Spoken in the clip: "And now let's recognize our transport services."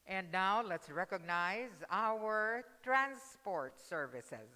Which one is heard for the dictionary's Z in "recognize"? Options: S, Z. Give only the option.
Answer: Z